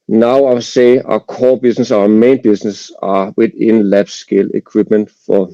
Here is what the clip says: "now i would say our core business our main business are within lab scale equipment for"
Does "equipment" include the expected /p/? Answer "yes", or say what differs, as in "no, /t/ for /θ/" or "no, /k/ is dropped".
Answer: no, /b/ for /p/